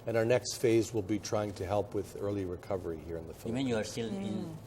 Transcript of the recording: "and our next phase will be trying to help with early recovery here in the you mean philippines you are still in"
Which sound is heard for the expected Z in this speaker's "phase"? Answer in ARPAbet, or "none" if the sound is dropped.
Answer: Z